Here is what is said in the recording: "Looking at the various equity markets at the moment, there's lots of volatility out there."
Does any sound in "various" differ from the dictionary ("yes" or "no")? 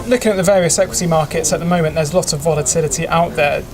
no